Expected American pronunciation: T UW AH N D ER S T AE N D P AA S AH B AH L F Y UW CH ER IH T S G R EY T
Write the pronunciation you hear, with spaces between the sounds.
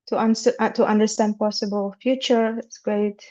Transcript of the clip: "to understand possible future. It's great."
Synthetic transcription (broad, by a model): T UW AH N D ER S T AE N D P AA S AH B AH L F Y UW CH ER IH T S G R EY T